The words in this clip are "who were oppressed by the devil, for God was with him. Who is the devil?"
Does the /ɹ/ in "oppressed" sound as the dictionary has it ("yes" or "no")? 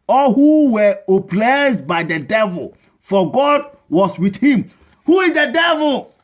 no